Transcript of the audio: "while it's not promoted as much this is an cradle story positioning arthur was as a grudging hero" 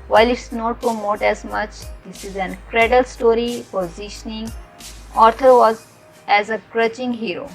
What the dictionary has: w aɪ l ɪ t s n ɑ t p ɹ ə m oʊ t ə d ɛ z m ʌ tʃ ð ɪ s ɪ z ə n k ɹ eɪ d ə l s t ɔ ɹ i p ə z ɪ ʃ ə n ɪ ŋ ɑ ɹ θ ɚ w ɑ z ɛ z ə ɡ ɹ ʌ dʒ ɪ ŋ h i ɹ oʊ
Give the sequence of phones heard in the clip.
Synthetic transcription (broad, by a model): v aɪ l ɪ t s n ɑ t p ɹ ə m oʊ t ɛ z m ʌ tʃ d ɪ s ɪ z ə n k ɹ eɪ d ə l s t ɔ ɹ i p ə z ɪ ʃ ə n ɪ ŋ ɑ ɹ t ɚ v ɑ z ɛ z ə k ɹ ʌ tʃ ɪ ŋ h i ɹ oʊ